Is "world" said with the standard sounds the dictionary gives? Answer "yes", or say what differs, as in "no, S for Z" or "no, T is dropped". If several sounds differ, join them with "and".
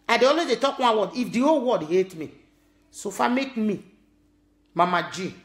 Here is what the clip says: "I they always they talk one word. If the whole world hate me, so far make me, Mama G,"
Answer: no, L is dropped